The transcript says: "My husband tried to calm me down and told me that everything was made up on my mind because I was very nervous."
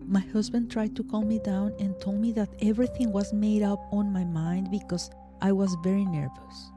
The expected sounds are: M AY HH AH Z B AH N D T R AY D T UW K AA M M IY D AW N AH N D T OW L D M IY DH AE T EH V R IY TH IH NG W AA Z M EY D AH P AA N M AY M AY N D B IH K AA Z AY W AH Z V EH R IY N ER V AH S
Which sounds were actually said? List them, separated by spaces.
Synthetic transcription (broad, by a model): M AY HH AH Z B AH N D T R AY D T UW K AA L M IY D AW N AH N T OW L D M IY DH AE T EH V R IY TH IH NG W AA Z M EY D AH P AA N M AY M AY N D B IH K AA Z AY W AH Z V EH R IY N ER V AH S